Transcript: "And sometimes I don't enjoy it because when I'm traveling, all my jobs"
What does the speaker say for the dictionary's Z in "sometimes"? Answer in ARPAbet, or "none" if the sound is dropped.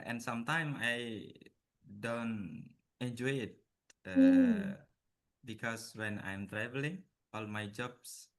none